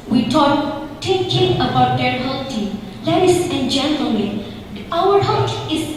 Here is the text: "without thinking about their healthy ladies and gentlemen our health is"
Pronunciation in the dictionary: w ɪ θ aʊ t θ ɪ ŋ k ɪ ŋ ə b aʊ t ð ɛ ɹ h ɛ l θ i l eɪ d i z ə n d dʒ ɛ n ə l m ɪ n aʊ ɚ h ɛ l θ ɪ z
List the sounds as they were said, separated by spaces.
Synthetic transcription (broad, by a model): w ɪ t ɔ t t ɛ k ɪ ə b aʊ t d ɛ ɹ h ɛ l t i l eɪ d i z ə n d dʒ ɛ n ə l m ɪ n aʊ ɚ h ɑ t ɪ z